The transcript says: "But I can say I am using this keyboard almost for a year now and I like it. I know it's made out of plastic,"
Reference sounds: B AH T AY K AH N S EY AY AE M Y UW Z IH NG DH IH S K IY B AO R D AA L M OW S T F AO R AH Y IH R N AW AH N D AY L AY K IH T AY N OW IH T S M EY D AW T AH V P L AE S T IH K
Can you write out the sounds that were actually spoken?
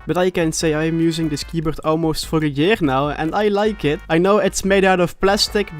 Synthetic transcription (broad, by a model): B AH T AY K AH N S EY AY M Y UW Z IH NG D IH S K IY B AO R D AA L M OW S T F AO R AH Y IH R N AW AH N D AY L AY K IH T AY N OW IH T S M EY D AW T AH F P L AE S T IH K